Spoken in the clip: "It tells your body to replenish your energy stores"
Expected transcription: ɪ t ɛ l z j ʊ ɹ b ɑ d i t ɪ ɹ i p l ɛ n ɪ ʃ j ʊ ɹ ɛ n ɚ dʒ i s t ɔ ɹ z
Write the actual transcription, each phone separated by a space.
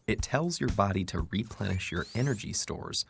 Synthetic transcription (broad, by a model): ɪ t ɛ l z j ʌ ɹ b ɑ d i t ɪ ɹ i p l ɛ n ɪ ʃ j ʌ ɹ ɛ n ɚ dʒ i s t ɔ ɹ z